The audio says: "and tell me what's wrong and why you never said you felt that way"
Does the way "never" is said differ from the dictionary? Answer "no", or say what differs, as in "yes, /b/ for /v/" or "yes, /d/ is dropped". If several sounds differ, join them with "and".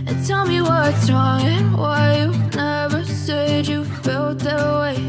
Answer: no